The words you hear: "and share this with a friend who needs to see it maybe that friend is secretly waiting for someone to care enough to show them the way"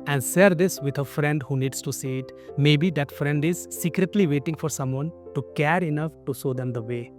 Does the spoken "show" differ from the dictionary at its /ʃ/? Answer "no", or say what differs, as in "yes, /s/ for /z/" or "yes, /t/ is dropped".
yes, /s/ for /ʃ/